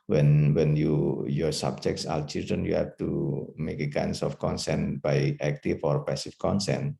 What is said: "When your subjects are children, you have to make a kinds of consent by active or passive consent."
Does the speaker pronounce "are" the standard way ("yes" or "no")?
no